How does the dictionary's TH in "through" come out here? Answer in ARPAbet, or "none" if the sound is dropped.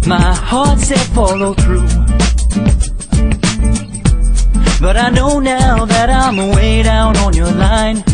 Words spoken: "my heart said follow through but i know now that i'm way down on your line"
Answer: TH